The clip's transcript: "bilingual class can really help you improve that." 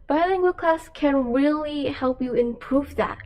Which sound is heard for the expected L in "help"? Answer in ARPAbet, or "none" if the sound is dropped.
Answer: L